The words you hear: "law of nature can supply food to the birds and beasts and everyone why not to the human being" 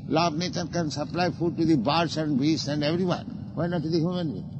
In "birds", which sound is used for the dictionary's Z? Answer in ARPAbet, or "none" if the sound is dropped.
S